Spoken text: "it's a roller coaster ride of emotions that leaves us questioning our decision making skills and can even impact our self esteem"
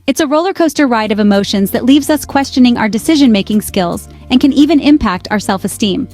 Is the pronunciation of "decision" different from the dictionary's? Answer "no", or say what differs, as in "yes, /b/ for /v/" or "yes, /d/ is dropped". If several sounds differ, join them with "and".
no